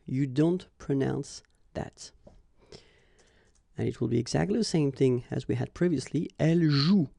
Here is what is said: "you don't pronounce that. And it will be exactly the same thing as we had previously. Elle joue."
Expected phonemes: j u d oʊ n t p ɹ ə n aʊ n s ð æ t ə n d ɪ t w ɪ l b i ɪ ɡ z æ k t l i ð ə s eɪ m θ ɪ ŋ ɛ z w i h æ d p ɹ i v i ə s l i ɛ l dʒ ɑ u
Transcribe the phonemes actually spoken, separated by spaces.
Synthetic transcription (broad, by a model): j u d oʊ n t p ɹ ə n aʊ n s ð æ t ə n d ɪ t w ɪ l b i ɪ ɡ z æ k t l i ð ə s eɪ m θ ɪ ŋ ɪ z w i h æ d p ɹ i v i ə s l i ɛ l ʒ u